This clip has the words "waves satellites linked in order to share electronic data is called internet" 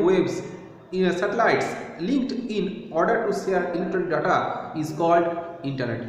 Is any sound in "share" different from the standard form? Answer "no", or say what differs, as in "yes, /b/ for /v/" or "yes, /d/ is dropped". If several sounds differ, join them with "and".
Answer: yes, /s/ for /ʃ/